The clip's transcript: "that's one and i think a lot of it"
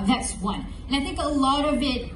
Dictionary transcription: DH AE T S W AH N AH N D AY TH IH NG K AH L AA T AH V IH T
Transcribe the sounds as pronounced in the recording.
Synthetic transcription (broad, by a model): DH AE T S W AH N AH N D AY TH IH NG K AH L AA T AH V IH T